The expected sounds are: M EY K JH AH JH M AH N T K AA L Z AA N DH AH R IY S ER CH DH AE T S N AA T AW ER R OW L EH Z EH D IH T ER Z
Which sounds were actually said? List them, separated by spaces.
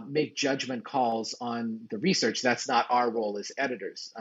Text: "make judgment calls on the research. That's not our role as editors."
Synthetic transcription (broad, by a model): M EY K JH AH JH M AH N K AA L Z N DH AH R IY S ER CH DH AE T S N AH T AW ER R OW L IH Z EH D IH T ER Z